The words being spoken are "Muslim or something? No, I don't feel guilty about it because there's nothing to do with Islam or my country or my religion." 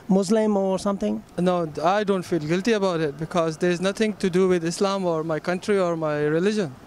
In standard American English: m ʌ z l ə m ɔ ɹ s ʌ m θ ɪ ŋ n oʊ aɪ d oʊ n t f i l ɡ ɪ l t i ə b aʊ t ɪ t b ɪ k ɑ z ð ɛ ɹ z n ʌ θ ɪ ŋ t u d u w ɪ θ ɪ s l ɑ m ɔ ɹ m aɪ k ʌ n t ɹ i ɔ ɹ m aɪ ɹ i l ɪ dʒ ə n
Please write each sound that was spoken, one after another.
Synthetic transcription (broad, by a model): m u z l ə m ɔ ɹ s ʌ m t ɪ ŋ n oʊ aɪ d oʊ n t f i l ɡ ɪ l t i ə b aʊ t ɪ t b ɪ k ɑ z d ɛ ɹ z n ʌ t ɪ ŋ t u d u w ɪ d ɪ s l ɑ m ɔ ɹ m aɪ k ʌ n t ɹ i ɔ ɹ m aɪ ɹ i l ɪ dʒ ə n